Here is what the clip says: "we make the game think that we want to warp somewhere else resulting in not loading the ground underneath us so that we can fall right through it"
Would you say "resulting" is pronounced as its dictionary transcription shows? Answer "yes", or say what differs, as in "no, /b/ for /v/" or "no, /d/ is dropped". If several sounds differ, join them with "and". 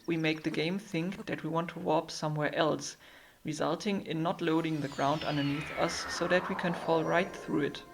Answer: yes